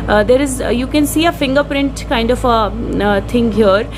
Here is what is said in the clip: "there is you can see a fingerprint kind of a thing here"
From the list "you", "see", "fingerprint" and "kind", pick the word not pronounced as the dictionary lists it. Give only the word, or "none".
none